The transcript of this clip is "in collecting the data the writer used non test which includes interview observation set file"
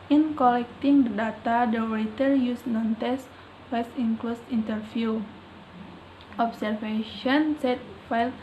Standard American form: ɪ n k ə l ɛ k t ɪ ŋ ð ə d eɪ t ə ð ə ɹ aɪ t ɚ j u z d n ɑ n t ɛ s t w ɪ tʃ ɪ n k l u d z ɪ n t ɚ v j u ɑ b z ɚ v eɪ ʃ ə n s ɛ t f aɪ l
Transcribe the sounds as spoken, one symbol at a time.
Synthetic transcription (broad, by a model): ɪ n k ə l ɛ k t ɪ ŋ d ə d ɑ t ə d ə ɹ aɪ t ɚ j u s n ɑ n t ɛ s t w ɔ s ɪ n k l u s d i n t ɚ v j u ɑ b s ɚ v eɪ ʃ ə n s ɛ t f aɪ l